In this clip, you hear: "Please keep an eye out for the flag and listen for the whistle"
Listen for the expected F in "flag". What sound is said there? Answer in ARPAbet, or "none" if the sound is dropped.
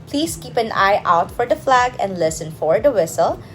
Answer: F